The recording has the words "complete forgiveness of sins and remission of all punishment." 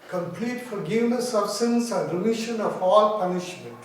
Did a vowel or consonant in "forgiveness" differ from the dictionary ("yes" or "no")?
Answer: no